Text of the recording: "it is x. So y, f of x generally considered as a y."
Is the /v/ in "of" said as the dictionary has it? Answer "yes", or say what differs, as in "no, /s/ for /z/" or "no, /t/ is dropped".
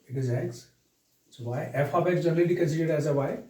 no, /b/ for /v/